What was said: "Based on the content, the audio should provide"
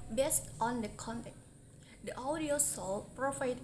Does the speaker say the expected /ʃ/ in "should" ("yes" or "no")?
no